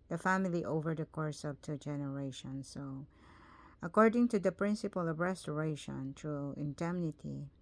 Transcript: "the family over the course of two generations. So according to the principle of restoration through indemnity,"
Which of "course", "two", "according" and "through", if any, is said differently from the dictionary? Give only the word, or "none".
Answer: through